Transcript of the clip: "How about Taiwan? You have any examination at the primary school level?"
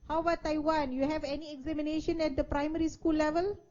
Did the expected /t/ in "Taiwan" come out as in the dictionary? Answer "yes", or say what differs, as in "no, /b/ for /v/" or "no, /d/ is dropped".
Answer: yes